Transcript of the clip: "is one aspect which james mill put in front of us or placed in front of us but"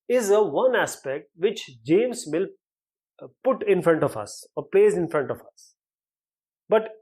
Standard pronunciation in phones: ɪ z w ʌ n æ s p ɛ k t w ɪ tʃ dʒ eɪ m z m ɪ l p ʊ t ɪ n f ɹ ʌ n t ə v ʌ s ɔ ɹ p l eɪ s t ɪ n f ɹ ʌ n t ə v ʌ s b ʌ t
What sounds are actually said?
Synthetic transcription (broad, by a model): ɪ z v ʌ n æ s p ɛ k t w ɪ tʃ dʒ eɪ m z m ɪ l p ʊ t ɪ n f ɹ ʌ n t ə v ʌ s ɔ ɹ p l eɪ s ɪ n f ɹ ʌ n t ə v ʌ s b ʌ t